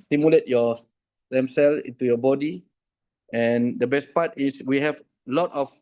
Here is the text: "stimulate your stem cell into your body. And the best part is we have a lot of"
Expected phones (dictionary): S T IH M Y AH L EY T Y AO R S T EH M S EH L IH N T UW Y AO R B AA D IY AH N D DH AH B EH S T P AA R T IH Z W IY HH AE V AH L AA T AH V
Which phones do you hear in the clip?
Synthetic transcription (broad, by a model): S T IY M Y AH L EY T Y AO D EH M S EH L IH N T UW Y AO B AA D IY AH N D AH B EH S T P AA T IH S W IY HH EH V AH L AA T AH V